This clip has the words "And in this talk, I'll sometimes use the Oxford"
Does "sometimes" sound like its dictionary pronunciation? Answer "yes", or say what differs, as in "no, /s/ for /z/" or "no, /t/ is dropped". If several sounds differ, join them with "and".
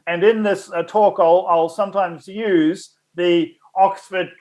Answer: yes